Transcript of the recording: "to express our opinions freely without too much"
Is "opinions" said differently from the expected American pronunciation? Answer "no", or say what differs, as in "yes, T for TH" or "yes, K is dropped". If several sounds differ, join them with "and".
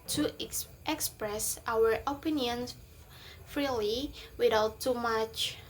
yes, Z is dropped